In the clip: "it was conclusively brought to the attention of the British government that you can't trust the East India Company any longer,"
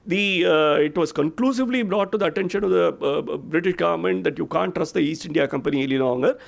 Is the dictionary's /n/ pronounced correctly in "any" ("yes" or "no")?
no